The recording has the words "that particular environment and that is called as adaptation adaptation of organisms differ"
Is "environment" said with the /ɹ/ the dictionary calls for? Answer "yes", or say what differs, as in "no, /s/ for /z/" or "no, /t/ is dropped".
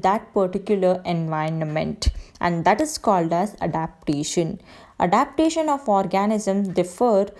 no, /ɹ/ is dropped